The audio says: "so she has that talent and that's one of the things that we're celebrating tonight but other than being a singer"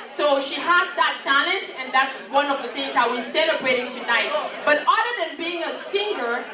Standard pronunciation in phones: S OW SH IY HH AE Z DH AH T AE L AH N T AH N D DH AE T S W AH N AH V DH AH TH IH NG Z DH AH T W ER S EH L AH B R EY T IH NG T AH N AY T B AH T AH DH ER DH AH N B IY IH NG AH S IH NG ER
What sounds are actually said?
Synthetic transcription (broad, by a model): S OW SH IY HH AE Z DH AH T AE L AH N T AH N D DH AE T S W AH N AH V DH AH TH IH NG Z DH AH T W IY S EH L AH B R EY T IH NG T AH N AY T B AH T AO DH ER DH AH N B IY IH NG AH S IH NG ER